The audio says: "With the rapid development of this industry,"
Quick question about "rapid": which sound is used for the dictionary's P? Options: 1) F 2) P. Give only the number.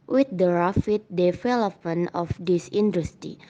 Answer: 1